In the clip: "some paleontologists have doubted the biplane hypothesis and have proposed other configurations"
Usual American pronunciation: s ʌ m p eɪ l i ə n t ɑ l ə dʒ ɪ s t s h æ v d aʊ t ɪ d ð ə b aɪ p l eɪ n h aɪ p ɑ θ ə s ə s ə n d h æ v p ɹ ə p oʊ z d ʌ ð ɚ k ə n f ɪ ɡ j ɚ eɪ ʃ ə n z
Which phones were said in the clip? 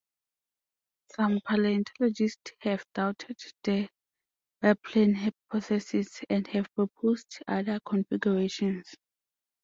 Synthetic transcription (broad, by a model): s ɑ m p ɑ l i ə n t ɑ l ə dʒ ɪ s t s h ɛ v d aʊ t ɪ d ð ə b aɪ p l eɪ n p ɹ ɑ s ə s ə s ə n d h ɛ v p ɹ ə p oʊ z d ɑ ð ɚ k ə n f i ɡ j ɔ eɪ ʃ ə n s